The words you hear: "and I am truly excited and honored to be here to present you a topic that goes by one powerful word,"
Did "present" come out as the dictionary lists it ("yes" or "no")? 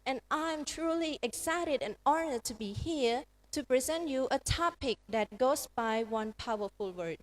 yes